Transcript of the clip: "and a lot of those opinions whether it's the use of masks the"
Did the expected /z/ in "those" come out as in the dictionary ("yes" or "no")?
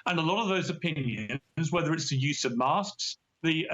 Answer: yes